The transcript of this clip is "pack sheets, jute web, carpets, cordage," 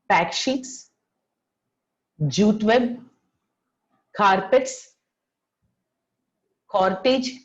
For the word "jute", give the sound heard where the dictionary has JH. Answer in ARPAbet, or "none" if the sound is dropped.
JH